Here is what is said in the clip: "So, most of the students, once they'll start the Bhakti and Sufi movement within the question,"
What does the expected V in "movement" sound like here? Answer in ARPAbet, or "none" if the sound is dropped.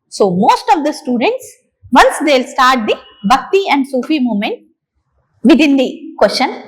none